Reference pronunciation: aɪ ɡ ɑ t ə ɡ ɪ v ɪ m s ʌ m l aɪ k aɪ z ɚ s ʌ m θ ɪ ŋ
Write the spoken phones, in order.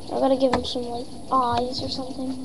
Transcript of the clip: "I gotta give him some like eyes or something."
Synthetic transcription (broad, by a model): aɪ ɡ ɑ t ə ɡ ɪ v ɪ m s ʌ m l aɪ aɪ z ɚ s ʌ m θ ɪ ŋ